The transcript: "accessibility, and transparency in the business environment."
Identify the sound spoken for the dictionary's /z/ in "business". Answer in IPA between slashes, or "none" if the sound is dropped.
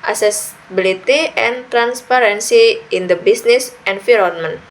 /s/